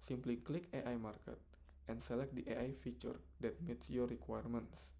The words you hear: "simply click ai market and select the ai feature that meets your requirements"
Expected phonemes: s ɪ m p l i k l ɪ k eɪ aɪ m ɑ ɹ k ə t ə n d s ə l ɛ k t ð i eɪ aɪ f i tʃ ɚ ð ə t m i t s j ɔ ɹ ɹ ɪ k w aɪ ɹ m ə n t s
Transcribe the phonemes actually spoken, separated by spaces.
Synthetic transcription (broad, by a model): s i m p l i k l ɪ k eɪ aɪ m ɑ ɹ k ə t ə n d s ə l ɛ k t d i eɪ aɪ f i tʃ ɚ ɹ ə t m i t s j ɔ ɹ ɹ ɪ k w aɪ ɹ m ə n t s